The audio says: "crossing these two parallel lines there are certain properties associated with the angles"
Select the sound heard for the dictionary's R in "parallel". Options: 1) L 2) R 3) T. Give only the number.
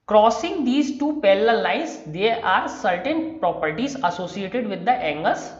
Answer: 1